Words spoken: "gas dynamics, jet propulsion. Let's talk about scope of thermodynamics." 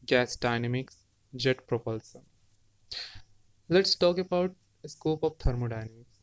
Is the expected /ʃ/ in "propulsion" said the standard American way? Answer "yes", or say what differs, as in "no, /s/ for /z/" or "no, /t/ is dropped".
no, /s/ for /ʃ/